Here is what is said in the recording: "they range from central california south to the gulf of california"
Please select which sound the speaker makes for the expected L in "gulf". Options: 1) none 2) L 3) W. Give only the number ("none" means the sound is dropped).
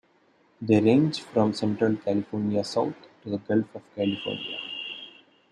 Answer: 2